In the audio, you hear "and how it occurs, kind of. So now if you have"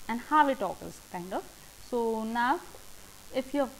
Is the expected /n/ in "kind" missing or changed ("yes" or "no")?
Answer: no